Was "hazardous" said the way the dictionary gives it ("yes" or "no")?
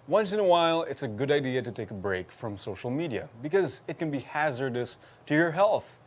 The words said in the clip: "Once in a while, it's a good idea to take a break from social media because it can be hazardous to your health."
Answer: yes